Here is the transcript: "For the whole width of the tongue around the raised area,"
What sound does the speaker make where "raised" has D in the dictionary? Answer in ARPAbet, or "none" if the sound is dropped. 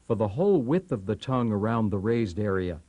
D